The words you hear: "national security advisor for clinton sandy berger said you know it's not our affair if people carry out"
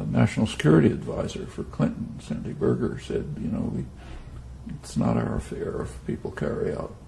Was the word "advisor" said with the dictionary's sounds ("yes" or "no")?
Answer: yes